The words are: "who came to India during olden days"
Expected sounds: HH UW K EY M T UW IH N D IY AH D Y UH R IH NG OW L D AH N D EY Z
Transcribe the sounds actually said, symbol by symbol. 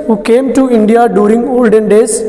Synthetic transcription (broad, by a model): HH UW K EY M T UW IH N D IY AH D Y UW R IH NG OW L D AH N D EY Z